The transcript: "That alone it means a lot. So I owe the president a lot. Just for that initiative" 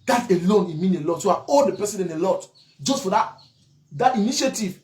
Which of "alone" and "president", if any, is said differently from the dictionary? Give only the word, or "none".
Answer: president